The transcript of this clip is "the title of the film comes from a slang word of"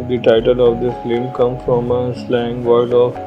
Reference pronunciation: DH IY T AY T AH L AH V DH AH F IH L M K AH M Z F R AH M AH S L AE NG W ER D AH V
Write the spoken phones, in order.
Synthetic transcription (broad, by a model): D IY T AY T AH L AH V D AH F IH M K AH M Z F R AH M AH S L AE NG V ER D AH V